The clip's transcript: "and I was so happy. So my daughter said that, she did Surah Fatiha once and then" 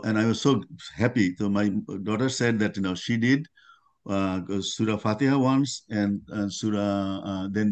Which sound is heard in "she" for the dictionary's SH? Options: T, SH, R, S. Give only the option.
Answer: SH